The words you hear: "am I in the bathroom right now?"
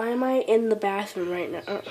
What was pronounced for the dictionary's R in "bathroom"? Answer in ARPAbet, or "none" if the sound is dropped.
none